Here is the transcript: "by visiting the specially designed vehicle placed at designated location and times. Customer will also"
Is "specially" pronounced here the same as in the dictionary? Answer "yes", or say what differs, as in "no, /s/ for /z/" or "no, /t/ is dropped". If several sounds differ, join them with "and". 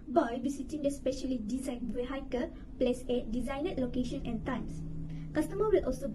yes